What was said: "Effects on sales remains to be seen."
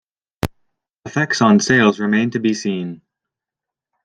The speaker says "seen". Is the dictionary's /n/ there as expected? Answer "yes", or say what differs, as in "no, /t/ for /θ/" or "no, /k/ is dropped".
yes